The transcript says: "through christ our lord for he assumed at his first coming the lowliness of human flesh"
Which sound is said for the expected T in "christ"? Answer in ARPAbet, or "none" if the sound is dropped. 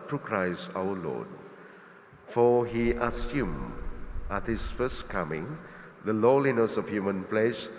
none